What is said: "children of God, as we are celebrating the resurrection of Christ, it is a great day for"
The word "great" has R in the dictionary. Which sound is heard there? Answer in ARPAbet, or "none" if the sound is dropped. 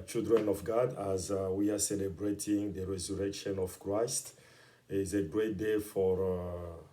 R